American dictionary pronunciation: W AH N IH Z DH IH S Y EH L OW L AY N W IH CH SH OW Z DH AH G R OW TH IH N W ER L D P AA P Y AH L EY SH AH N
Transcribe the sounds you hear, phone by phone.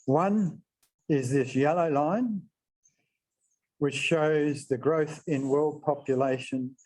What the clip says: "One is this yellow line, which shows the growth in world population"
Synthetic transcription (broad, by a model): W AH N IH Z DH IH S Y EH L OW L AY N W IH CH SH OW Z DH AH G R OW TH IH N W ER L D P AA P Y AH L EY SH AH N